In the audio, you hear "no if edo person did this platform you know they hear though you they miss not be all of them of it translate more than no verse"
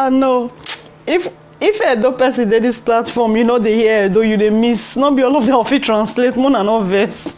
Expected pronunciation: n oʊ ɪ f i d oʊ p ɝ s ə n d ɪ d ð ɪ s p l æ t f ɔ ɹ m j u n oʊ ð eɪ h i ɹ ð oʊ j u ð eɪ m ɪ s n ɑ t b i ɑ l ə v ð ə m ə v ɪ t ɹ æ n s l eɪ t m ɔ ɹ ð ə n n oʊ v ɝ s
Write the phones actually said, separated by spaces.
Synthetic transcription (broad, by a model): n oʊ ɪ f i d oʊ p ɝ s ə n d ɪ d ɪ s p l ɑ t f ɔ m j u n oʊ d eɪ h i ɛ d oʊ j u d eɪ m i s n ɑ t b i ɑ l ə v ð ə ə f ɪ t ɹ æ n s l eɪ t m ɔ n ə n n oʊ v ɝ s